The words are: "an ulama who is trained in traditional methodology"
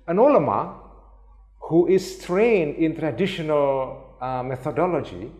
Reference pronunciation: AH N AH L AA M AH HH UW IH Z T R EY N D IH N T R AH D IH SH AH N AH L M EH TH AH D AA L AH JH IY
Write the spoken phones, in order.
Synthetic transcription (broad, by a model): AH N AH L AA M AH HH UW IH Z T R EY N D IH N T R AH D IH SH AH N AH L M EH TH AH D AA L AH JH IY